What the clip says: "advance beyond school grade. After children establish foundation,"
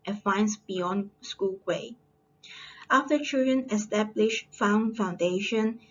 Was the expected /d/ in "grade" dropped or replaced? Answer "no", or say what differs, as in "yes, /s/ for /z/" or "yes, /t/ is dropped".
yes, /d/ is dropped